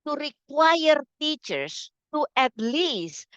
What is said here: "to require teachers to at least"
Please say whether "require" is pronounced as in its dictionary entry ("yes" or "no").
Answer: yes